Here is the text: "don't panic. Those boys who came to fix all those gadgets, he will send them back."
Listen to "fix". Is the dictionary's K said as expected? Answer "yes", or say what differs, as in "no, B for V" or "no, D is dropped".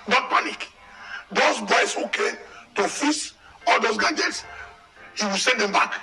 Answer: no, K is dropped